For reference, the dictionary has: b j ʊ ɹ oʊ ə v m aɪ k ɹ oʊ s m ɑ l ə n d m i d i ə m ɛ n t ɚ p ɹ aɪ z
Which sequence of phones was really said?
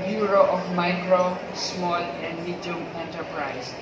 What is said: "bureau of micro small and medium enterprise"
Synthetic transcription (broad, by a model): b j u ɹ oʊ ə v m aɪ k ɹ oʊ s m ɑ l ə n d m i d i ə m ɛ n t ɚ p ɹ aɪ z